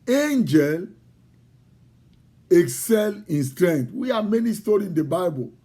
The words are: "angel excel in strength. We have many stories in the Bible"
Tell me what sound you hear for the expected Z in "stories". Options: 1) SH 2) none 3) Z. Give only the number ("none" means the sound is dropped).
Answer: 2